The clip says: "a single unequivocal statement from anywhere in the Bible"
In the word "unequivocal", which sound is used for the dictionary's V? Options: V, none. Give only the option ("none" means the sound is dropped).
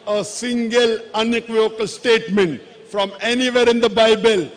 none